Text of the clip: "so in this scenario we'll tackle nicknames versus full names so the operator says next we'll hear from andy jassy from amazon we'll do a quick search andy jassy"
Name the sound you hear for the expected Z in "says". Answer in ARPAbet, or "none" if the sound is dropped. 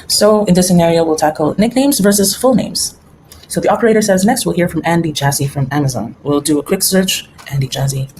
Z